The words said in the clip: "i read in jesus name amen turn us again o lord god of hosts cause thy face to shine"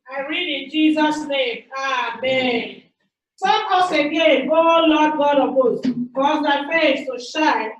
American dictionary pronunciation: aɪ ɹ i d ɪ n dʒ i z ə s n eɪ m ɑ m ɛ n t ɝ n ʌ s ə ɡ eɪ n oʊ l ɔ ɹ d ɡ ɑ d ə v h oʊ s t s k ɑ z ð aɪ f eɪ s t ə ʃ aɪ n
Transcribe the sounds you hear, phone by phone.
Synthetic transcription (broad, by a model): aɪ ɹ i d ɪ n dʒ i z ə s n eɪ m ɑ m ɛ n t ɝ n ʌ s ə ɡ eɪ n oʊ l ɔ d ɡ ɑ d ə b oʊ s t k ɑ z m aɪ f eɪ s t ə ʃ aɪ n